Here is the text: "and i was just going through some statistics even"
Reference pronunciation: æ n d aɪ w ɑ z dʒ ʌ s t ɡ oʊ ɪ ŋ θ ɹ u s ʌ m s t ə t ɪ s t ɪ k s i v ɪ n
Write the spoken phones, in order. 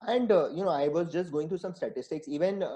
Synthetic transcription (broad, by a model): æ n d aɪ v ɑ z dʒ ʌ s t ɡ oʊ ɪ ŋ t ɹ u s ʌ m s t ə t ɪ s t ɪ k s i v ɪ n